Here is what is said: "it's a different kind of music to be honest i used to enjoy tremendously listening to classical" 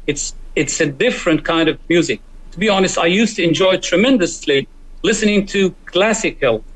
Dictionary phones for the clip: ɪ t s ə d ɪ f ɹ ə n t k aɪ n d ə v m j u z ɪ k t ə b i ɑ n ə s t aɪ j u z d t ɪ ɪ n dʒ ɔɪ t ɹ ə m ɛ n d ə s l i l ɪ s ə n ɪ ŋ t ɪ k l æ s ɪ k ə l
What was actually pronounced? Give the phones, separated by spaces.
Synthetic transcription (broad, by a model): ɪ t s ə d ɪ f ɹ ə n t k aɪ n d ə v m j u z ɪ k t ə b i ɑ n ə s t aɪ j u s t ɪ ɪ n dʒ ɔɪ t ɹ ə m ɛ n d ə s l i l ɪ s ə n ɪ ŋ t ɪ k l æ s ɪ k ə l